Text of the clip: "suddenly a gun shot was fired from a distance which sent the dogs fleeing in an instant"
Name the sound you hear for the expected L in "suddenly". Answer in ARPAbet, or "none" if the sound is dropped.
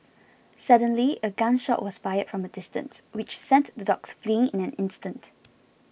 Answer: L